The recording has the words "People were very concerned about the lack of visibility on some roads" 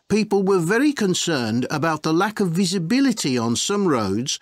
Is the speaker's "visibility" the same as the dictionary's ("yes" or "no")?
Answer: yes